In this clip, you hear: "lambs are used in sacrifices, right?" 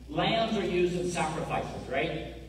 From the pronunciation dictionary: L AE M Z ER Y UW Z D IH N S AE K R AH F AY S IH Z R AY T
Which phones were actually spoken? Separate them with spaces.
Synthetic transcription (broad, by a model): L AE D Z ER Y UW Z D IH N S AE K R AH F AY S IH Z R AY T